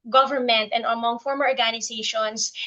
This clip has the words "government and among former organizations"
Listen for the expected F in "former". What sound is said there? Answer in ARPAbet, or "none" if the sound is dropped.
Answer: F